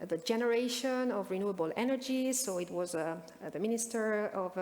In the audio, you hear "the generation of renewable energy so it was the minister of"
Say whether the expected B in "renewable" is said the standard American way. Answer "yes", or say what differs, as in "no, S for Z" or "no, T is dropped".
yes